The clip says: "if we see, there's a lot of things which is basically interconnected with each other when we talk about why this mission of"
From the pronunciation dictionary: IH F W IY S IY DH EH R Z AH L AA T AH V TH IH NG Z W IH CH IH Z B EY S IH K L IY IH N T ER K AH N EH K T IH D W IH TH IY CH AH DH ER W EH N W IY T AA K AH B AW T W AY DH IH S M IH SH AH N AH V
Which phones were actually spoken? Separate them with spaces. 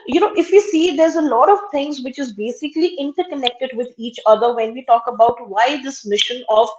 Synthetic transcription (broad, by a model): IH F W IY S IY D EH R Z AH L AA T AH V T IH NG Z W IH CH IH Z B EY S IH K L IY IH N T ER K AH N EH K T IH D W IH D IY CH AH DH ER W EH N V IY T AA K AH B AW T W AY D IH S M IH SH AH N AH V